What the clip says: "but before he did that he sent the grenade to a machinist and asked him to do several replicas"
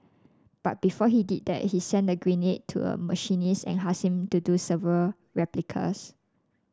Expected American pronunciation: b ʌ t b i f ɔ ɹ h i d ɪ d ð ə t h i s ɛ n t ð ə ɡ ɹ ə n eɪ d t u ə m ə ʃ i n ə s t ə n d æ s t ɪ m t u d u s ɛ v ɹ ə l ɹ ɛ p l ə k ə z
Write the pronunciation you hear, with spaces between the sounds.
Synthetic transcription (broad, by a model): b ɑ t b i f ɔ h i d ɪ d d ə t h i s ɛ n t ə ɡ ɹ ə n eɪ t u ə m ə ʃ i n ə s ə n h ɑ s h ɪ m t u d u s ɛ v ɹ ə l ɹ ɛ p l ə k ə s